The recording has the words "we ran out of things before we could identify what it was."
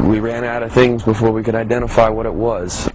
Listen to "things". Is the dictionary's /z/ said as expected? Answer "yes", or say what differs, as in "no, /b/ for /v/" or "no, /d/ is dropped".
yes